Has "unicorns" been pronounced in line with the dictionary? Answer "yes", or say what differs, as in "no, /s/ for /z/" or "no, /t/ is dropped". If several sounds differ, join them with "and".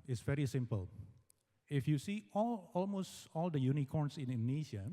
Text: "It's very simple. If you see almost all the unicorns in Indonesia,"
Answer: no, /s/ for /z/